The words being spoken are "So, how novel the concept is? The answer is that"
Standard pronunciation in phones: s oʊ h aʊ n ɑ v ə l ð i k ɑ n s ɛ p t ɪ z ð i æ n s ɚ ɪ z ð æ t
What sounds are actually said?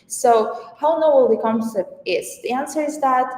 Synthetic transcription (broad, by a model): s oʊ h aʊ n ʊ w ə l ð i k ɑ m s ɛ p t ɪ s ð i æ n s ɚ ɪ z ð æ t